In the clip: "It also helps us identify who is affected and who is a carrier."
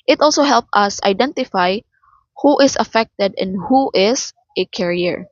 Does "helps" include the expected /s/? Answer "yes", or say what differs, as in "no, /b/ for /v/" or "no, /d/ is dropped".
no, /s/ is dropped